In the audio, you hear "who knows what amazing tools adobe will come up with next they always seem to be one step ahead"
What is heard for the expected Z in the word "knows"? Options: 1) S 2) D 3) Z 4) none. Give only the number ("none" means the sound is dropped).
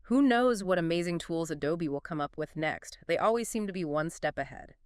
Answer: 3